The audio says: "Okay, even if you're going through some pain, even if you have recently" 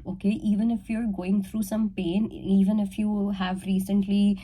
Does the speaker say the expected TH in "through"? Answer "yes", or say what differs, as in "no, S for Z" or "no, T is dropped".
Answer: no, T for TH